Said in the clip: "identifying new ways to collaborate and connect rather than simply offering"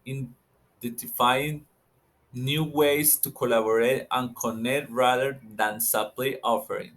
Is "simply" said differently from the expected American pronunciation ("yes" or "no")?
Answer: yes